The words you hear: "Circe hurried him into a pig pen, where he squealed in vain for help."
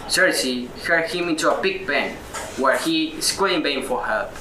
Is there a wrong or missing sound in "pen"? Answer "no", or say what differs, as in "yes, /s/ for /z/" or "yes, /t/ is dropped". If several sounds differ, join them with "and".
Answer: yes, /b/ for /p/